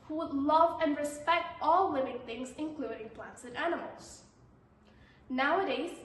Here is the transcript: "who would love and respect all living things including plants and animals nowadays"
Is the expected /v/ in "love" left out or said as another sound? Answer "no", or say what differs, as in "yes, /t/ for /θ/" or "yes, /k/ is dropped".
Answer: no